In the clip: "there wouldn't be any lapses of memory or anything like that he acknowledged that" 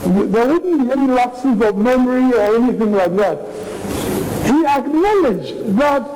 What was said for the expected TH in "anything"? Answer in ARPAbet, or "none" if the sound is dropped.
TH